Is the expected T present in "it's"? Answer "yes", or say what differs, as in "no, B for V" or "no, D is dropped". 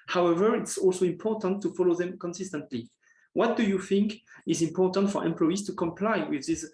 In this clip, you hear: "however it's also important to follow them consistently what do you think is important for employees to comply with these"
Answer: yes